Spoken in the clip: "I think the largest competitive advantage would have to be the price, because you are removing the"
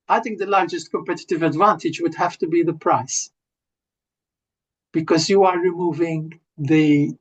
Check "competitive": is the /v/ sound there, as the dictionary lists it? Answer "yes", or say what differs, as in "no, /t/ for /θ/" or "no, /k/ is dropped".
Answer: yes